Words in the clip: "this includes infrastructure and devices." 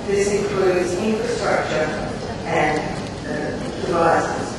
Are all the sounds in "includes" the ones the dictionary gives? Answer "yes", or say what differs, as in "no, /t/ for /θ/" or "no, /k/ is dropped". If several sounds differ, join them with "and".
yes